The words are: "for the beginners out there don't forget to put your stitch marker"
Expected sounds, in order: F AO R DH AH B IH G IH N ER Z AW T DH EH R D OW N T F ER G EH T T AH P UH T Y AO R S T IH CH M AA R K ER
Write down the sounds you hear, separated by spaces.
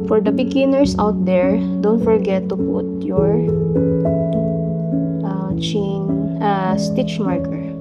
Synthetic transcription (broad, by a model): F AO R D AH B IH G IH N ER S AW T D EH R D OW N T F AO G EH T T AH P UH T Y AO R S T IH CH M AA R K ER